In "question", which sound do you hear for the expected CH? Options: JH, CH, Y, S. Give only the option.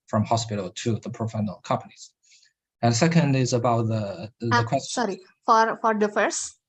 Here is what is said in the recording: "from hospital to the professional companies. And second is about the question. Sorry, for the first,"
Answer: S